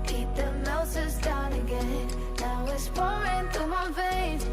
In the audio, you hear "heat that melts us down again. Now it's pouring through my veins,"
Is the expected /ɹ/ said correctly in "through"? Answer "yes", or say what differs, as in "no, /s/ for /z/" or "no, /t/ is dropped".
no, /ɹ/ is dropped